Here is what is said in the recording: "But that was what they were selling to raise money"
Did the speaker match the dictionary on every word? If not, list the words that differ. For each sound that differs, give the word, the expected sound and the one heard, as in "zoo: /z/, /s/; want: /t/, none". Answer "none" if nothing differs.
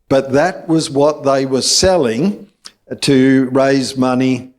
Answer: none